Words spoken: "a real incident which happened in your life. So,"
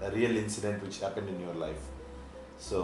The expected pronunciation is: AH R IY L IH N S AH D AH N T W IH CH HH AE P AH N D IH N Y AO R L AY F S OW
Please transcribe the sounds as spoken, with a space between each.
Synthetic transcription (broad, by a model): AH R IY L IH N S AH D AH N T W IH CH HH AE P AH N D IH N Y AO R L AY F S OW